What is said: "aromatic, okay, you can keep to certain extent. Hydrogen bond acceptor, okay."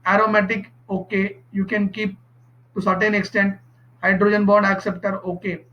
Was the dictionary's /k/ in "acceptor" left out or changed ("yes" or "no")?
no